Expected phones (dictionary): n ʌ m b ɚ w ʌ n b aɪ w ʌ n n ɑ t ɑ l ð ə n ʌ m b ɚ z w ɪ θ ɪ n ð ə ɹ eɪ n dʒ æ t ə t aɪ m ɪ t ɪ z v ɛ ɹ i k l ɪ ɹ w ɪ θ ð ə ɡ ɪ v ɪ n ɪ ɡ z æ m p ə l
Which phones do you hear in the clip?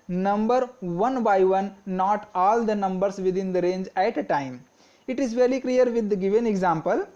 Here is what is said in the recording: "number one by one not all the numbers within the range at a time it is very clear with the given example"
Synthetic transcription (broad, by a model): n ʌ m b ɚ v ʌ n b aɪ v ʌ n n ɑ t ɑ l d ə n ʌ m b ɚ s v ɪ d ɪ n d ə ɹ eɪ n dʒ æ t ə t aɪ m ɪ t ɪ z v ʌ l i k l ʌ ɹ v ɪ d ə ɡ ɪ v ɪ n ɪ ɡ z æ m p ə l